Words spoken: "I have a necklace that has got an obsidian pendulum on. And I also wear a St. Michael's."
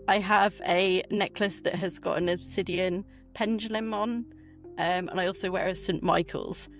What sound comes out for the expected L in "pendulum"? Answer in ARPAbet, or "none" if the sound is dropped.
L